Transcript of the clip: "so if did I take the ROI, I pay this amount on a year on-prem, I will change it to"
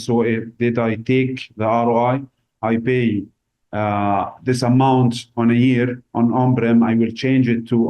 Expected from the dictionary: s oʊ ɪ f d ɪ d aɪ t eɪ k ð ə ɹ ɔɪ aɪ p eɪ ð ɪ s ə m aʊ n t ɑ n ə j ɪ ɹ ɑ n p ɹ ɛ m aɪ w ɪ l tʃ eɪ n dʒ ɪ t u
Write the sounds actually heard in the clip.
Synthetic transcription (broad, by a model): s oʊ ɪ f d ɪ d aɪ t eɪ k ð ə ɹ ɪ aɪ p eɪ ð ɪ s ə m aʊ n t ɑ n ə j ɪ ɹ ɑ n b ɹ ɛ m aɪ w ɪ l tʃ eɪ n dʒ ɪ t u